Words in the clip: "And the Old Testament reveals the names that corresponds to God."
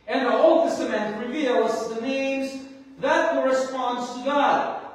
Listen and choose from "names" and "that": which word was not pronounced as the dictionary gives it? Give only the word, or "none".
none